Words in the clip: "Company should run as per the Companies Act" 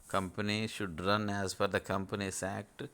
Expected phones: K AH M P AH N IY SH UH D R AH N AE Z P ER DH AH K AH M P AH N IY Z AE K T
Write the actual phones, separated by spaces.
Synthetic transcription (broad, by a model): K AH M P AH N IY SH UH D R AH N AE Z F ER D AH K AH M P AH N IY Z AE K T